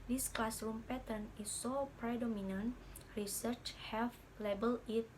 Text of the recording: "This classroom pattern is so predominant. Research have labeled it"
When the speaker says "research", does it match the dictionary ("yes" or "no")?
yes